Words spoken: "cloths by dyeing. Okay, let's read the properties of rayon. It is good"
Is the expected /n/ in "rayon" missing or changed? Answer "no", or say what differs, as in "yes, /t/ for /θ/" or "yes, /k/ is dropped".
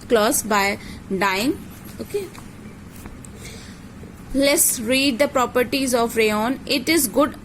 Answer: no